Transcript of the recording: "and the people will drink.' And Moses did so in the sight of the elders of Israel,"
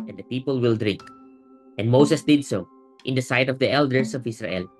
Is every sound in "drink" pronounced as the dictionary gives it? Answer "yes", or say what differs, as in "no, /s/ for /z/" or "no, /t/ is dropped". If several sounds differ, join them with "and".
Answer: yes